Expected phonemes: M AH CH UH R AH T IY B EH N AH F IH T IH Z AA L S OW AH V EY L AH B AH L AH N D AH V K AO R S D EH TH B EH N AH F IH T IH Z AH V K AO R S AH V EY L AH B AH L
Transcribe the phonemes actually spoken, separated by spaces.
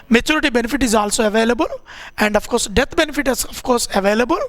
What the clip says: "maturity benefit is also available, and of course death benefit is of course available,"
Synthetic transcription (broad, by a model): M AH CH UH R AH T IY B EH N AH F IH T IH Z AA L S OW AH V EY L AH B AH L AH N D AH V K AO R S D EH T B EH N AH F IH T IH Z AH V K AO R S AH V EY L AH B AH L